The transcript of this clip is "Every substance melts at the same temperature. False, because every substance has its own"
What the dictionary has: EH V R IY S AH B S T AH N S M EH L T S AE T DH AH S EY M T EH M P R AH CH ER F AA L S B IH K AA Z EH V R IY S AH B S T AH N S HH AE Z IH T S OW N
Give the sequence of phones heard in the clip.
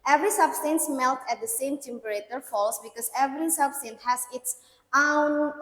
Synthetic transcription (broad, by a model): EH V R IY S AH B S T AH N S M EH L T AE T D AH S EY M T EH M P R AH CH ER F AA L S B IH K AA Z EH V R IY S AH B S T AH N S HH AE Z IH T S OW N